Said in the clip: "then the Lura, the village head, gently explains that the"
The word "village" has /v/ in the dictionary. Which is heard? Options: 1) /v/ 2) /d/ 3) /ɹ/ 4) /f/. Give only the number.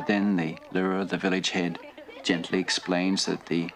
1